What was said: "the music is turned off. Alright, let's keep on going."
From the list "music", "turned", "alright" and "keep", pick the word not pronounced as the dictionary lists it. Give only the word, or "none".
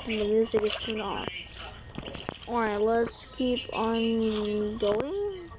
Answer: turned